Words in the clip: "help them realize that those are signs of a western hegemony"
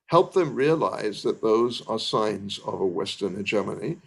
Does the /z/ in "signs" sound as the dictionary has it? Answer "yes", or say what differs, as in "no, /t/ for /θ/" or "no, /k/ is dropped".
yes